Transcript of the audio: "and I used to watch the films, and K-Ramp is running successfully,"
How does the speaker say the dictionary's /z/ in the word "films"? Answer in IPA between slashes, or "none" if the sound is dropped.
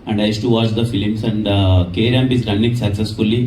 /s/